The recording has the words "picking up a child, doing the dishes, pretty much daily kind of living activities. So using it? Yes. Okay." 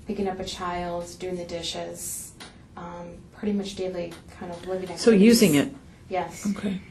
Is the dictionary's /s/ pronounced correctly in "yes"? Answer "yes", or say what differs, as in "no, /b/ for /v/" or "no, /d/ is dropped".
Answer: yes